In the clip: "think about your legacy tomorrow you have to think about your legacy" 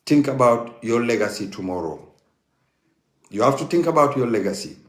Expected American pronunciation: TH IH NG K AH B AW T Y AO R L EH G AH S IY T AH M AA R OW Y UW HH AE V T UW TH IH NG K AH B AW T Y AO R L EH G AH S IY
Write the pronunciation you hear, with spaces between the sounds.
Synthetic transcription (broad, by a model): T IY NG K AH B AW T Y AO L EH G AH S IY T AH M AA R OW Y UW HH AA F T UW T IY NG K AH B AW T Y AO L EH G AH S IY